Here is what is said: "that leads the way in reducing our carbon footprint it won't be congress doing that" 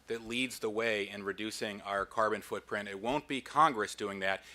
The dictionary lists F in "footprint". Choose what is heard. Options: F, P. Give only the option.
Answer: F